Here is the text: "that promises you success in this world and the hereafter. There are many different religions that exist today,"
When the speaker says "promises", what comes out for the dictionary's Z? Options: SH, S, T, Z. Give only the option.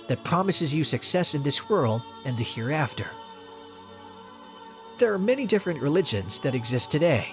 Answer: Z